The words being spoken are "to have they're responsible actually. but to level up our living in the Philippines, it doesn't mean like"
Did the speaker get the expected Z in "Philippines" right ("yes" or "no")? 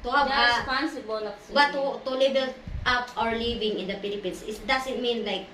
no